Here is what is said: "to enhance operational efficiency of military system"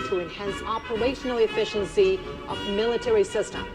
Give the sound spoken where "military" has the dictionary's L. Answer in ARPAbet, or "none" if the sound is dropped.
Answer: L